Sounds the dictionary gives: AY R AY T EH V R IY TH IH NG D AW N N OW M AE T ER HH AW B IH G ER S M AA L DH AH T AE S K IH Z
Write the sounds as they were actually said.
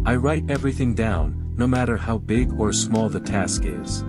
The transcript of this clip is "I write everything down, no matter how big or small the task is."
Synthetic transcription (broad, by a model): AY R AY T EH V R IY TH IH NG D AW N N OW M AE T ER HH AW B IH G ER S M AA L DH AH T AE S K IH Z